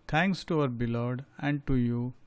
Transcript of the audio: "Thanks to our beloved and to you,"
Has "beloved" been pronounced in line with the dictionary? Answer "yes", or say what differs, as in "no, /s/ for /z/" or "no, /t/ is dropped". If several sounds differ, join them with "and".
no, /v/ is dropped